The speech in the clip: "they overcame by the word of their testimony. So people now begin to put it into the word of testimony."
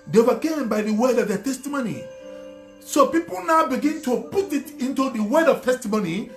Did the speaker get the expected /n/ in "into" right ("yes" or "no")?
yes